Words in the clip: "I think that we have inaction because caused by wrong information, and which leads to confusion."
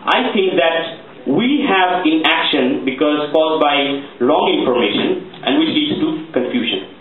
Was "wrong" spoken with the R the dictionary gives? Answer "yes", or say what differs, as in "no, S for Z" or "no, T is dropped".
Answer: no, L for R